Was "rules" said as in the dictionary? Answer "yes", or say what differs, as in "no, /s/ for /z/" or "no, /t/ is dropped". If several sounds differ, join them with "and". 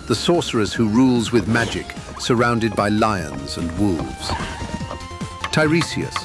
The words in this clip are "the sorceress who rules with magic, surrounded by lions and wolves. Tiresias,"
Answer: yes